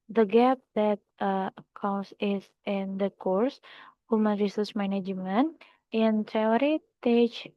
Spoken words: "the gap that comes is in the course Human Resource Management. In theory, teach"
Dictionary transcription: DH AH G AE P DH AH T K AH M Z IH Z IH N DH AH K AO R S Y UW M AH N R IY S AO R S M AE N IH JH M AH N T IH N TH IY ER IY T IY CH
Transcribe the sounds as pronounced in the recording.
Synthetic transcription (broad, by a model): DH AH G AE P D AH T K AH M S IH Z IH N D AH K AO R S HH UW M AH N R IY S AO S M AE N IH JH M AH N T IH N T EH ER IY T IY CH